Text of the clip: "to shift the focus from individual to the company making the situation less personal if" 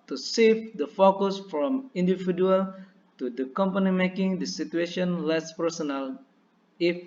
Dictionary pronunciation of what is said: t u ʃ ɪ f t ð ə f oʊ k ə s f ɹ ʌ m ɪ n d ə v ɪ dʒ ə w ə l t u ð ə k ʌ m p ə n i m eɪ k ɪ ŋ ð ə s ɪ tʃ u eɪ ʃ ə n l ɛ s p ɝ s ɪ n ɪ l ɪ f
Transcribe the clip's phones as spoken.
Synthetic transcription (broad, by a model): t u s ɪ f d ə f oʊ k ə s f ɹ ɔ m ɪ n d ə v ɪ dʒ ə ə l t u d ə k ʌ m p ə n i m eɪ k ɪ ŋ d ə s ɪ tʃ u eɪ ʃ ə n l ɛ s p ɝ s ɪ n ɪ l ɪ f